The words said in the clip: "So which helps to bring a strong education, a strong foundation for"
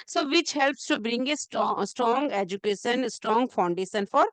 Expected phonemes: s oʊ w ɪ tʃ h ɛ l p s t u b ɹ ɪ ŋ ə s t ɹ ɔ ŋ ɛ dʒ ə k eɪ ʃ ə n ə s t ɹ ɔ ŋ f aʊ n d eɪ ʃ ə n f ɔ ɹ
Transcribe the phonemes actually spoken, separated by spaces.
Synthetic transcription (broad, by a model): s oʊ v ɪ tʃ h ɛ l p s t u b ɹ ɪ ŋ ə s t ɹ ɔ ŋ ɛ dʒ ə k eɪ ʃ ə n s t ɹ ɔ ŋ f aʊ n d eɪ ʃ ə n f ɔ ɹ